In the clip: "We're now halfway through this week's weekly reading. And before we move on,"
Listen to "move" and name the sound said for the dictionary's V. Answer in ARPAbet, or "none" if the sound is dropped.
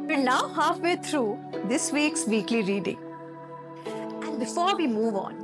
V